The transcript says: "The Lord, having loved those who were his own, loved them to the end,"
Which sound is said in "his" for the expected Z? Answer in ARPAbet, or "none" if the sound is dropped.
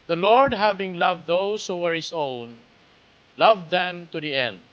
S